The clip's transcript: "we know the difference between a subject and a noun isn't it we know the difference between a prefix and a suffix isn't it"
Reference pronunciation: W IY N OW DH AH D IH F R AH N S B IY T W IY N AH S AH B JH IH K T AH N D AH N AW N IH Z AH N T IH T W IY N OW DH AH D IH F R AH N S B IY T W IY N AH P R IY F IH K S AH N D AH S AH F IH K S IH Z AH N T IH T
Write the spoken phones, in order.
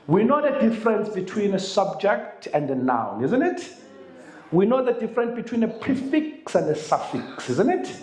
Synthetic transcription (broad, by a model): W IY N OW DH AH D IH F R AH N S B IY T W IY N AH S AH B JH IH K T AH N D AH N AW N IH Z AH N T IH T W IY N OW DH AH D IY F R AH N S B IY T W IY N AH P R IY F IH K S AH N D AH S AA F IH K S IH Z AH N T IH T